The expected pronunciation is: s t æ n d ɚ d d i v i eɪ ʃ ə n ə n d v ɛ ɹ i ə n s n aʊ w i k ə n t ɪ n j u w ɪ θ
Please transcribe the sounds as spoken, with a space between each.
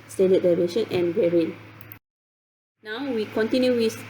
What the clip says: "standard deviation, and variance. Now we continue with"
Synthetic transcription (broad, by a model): s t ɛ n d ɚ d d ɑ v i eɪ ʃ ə n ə n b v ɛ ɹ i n n aʊ w i k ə n t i n j u w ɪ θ